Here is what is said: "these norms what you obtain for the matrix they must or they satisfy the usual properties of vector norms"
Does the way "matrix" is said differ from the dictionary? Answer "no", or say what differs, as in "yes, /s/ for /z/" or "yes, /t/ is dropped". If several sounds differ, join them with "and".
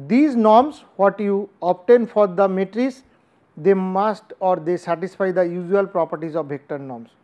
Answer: yes, /k/ is dropped